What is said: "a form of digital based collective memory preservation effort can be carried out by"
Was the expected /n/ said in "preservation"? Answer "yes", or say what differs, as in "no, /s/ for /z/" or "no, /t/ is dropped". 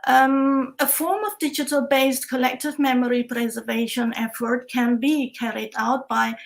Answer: yes